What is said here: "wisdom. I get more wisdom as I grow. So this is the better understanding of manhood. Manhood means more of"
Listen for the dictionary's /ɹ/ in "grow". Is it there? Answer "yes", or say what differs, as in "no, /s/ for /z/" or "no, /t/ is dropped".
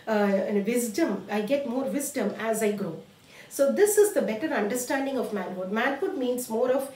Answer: yes